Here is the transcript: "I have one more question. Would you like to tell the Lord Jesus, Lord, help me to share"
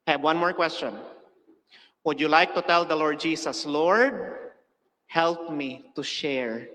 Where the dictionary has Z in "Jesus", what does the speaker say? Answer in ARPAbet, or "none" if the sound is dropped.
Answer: S